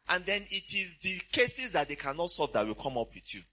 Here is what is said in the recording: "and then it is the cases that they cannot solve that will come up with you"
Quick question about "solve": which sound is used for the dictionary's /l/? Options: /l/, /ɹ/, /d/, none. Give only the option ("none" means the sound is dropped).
none